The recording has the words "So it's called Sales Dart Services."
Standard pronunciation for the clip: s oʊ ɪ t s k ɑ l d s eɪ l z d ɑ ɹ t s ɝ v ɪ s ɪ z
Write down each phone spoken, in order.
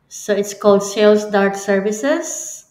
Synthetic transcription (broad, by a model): s oʊ ɪ t s k ɑ l d s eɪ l s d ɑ ɹ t s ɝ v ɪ s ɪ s